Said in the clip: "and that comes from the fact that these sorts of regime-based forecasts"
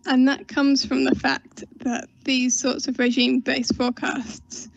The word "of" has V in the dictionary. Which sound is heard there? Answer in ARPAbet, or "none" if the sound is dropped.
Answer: V